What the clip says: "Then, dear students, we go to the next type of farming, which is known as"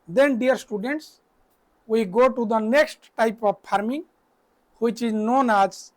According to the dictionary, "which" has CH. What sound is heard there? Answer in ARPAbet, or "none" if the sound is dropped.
CH